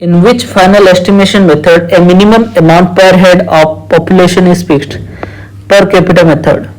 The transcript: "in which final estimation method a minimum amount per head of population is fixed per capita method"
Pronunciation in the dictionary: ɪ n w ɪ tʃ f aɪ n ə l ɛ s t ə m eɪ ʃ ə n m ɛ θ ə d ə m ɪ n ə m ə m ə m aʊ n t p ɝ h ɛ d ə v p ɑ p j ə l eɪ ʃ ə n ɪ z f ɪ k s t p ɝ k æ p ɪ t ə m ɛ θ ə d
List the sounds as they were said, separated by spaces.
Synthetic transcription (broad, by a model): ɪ n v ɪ tʃ f aɪ n ə l ɛ s t ə m eɪ ʃ ə n m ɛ t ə d ə m ɪ n ə m ə m ə m aʊ n t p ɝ h ɛ d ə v p ɑ p j ə l eɪ ʃ ə n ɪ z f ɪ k t p ɝ k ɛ p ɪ t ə m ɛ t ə d